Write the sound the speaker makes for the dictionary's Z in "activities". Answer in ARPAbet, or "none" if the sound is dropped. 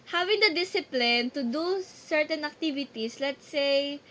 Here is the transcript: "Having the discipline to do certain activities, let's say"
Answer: S